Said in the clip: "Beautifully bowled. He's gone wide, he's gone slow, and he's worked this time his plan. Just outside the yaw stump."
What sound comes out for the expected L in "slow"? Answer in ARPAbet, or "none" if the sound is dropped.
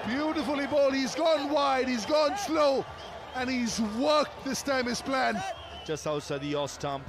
L